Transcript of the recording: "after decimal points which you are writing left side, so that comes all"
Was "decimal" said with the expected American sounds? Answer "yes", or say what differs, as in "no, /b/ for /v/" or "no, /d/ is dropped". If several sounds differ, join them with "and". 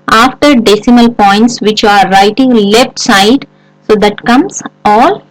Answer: yes